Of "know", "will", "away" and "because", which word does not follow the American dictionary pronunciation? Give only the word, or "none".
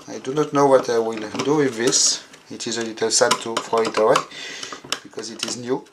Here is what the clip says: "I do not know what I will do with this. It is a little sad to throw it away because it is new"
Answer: none